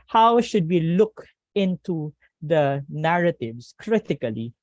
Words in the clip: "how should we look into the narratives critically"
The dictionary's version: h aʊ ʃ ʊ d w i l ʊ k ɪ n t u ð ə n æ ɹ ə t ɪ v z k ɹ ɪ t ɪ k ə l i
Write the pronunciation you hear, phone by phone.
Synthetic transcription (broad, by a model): h aʊ ʃ ʊ d w i l ʊ k ɪ n t u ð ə n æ ɹ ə t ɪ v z k ɹ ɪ t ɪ k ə l i